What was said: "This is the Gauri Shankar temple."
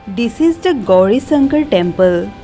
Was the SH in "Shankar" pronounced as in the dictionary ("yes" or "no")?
no